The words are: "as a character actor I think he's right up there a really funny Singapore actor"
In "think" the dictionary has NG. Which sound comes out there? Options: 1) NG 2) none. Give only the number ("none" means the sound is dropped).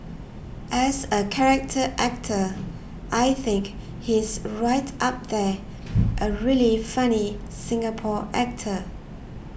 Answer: 1